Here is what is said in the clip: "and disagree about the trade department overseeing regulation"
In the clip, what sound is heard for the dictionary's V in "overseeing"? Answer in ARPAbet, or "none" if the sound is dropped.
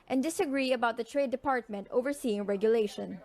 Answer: V